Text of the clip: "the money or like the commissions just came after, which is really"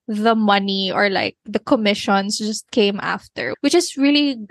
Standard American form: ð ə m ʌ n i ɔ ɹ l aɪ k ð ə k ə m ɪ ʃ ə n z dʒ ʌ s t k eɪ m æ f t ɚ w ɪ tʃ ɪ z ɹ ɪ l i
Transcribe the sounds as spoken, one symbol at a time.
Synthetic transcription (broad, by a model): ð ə m ʌ n i ɔ ɹ l aɪ k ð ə k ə m ɪ ʃ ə n s dʒ ʌ s t k eɪ m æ f t ɚ w ɪ tʃ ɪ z ɹ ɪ l i